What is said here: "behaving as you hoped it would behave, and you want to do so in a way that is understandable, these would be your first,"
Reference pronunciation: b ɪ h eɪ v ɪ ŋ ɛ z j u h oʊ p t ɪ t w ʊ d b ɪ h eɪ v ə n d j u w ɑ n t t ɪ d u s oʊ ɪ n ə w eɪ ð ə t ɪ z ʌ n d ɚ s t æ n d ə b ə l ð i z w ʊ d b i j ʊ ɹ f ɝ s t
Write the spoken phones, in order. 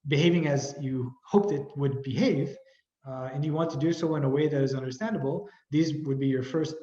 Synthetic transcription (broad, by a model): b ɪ h eɪ v ɪ ŋ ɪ z j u h oʊ p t ɪ t w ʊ d b ɪ h eɪ v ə n j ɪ w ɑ n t t ɪ d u s oʊ ɪ n ə w eɪ ð ə t ɪ z ʌ n d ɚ s t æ n d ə b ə l ð i z w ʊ d b i j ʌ ɹ f ɝ s t